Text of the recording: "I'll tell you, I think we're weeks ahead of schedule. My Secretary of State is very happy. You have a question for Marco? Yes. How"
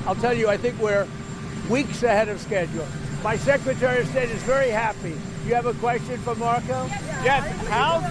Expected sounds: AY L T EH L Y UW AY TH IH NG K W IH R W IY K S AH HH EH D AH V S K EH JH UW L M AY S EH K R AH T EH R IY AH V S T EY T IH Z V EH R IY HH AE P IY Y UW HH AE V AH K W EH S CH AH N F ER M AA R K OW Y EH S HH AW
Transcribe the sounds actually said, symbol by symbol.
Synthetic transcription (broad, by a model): AY L T EH L Y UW AY TH IH NG K W IH R W IY K S AH HH EH D AH V S K EH JH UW L M AY S EH K R AH T EH R IY AH V S T EY T IH Z V EH R IY HH AE P IY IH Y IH V AH K W EH S CH AH N F ER M AA R K OW Y EH S HH AW